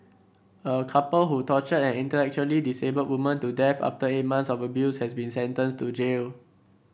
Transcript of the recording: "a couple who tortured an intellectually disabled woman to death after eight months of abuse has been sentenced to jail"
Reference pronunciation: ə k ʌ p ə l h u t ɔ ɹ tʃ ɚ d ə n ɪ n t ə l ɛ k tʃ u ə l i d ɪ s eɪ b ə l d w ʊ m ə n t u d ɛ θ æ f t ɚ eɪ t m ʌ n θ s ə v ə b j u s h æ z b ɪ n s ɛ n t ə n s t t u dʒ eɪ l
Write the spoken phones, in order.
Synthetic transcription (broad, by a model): ə k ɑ p ə l h u t ɔ tʃ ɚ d ə n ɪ n t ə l ɛ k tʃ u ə l i d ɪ s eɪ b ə d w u m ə n t u d ɛ f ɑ f t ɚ eɪ t m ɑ n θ s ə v ə b j u s h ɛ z b ɪ n s ɛ n t ə n s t t u dʒ eɪ l